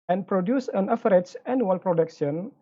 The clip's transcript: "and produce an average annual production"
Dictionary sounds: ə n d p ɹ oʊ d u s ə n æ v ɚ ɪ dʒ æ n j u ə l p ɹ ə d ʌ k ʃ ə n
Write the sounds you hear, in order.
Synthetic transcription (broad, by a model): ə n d p ɹ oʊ d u s ə n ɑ f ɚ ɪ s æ n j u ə l p ɹ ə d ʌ k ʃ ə n